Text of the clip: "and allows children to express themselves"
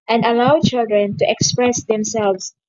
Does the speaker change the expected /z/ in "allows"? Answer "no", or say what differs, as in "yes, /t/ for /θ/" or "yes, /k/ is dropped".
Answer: yes, /z/ is dropped